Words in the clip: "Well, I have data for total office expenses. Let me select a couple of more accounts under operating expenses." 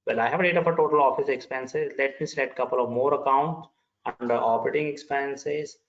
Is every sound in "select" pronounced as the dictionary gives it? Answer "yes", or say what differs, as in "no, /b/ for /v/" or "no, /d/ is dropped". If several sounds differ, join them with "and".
no, /k/ is dropped